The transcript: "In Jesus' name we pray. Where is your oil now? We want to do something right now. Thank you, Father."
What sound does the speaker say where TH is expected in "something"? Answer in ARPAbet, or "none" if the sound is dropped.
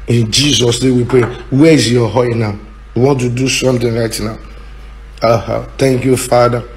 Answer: T